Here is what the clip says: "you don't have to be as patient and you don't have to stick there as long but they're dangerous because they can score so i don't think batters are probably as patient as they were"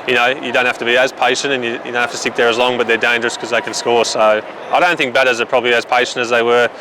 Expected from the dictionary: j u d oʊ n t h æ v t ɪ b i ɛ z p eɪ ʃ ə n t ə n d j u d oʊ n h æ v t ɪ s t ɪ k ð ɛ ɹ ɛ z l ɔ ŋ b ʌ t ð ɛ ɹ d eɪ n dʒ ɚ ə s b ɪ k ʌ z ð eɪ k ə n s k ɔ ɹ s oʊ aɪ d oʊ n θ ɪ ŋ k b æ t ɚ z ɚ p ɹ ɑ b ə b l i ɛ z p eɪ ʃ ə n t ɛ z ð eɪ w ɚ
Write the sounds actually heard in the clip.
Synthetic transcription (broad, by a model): j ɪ d oʊ n t h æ f t ɪ b i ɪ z p eɪ ʃ ə n t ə n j j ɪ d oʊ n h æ t ɪ s t ɪ k ð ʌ ɹ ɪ z l ɔ ŋ b ʌ t ð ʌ ɹ d eɪ n dʒ ɚ ə s k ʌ z ð eɪ k ə n s k ɔ ɹ s oʊ aɪ d oʊ n θ ɪ ŋ k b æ t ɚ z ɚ p ɹ ɑ b ə b l i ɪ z p eɪ ʃ ə n t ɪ z ð eɪ w ɚ